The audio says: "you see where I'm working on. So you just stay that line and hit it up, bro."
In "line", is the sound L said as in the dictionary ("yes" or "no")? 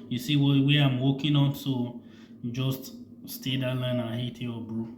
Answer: yes